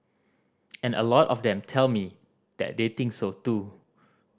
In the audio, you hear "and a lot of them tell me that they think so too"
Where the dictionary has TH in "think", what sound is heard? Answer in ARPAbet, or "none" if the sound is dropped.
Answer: T